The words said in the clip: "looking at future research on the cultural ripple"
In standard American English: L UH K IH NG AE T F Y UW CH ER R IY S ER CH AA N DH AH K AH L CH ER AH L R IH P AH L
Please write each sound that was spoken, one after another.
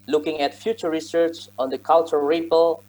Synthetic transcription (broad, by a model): L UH K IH NG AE T F Y UW CH ER R IY S ER CH AA N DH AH K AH L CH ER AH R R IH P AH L